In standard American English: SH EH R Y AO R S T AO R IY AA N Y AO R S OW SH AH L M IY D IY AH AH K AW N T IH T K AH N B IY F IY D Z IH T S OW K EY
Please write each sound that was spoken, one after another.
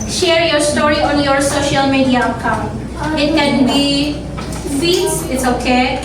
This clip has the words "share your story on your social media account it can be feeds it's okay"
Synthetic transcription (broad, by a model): SH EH R Y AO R S T AO R IY AA N Y AO R S OW SH AH L M IY D IY AH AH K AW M IH T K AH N B IY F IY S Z IH T S OW K EY